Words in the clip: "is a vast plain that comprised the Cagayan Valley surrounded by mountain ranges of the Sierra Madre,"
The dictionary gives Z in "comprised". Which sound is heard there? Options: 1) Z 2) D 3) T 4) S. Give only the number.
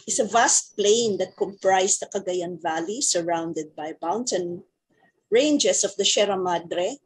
4